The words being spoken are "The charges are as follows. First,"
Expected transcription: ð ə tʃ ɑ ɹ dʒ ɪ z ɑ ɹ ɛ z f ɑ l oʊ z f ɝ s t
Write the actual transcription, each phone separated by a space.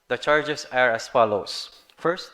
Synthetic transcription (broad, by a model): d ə tʃ ɑ ɹ dʒ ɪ s ɑ ɹ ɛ s f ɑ l oʊ s f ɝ s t